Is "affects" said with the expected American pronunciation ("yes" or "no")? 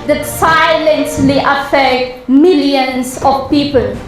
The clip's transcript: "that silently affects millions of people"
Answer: no